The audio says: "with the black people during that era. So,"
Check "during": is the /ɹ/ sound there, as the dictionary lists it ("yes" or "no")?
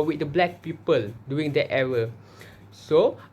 no